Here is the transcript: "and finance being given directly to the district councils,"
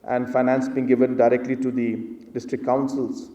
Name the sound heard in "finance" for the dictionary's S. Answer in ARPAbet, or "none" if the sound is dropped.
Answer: S